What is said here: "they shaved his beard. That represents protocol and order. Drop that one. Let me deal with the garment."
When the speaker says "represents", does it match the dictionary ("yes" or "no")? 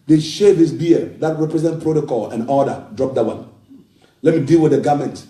no